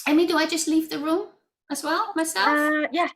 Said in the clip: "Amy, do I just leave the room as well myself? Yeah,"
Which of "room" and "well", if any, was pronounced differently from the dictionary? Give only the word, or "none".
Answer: none